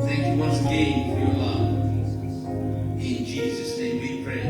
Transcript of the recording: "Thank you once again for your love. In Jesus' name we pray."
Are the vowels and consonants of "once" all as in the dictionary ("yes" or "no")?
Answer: no